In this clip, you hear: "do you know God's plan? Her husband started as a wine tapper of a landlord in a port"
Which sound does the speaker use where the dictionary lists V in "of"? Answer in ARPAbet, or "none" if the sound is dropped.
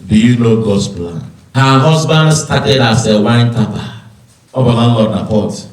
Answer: B